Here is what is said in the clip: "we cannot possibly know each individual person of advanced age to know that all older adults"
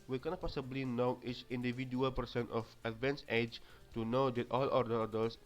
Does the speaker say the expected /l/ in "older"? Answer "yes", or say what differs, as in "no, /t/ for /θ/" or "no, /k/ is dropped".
no, /l/ is dropped